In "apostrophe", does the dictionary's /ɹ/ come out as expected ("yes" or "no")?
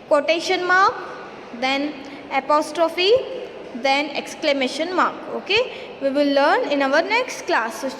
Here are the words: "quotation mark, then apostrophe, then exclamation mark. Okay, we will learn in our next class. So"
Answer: yes